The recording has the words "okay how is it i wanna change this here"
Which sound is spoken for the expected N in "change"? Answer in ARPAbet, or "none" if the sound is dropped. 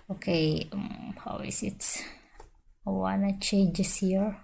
none